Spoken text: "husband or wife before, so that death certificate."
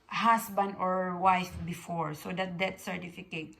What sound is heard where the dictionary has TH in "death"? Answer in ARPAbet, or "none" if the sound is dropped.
T